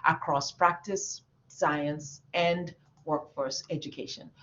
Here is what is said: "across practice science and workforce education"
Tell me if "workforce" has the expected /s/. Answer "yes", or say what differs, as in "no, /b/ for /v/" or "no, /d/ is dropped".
yes